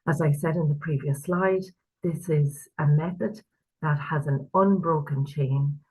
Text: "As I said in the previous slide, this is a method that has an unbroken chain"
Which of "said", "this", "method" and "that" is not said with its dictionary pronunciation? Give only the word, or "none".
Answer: none